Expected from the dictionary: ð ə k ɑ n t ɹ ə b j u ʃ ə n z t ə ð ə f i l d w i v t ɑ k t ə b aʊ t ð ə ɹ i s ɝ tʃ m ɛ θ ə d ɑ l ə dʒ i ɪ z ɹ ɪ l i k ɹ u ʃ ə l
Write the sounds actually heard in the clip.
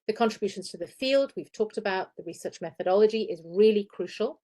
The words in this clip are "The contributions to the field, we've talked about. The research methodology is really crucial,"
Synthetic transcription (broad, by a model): ð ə k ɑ n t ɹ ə b j u ʃ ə n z t ə ð ə f i l d w i v t ɑ k t ə b aʊ t ð ə ɹ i s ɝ tʃ m ɛ θ ə d ɑ l ə dʒ i ɪ z ɹ ɪ l i k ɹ u ʃ ə l